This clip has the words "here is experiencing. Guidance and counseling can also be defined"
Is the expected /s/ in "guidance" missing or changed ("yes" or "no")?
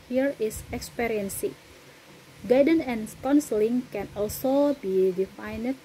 yes